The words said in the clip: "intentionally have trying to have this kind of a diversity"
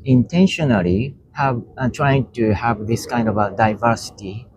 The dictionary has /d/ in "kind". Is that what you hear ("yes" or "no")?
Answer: yes